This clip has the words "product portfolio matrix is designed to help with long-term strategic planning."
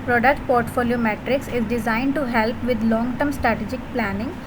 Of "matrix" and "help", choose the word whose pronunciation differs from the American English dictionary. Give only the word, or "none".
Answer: none